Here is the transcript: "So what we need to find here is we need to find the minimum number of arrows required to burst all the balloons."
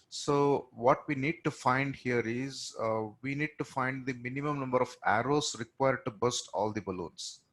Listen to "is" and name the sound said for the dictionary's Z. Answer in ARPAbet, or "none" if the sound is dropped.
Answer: Z